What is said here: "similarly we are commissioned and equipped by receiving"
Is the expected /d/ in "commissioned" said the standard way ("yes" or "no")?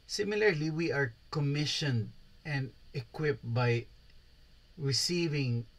yes